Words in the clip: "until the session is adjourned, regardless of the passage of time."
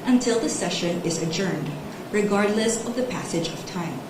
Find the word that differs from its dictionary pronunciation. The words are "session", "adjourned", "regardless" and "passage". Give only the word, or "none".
none